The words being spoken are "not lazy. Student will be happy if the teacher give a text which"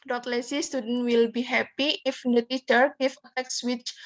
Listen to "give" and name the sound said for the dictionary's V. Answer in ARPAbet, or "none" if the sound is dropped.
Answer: F